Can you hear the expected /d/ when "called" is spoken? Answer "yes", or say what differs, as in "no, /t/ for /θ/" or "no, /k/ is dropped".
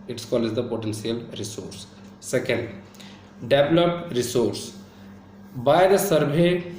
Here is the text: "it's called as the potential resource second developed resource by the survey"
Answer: no, /d/ is dropped